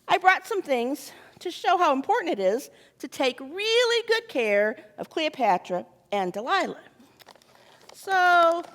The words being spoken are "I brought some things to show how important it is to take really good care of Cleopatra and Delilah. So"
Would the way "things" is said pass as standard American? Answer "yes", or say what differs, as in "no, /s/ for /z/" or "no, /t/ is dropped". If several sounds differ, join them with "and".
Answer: yes